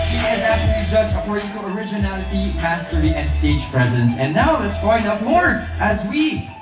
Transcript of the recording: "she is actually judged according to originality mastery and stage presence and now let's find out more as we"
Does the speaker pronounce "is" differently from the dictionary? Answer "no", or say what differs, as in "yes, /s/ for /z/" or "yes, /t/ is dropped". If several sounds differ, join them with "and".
no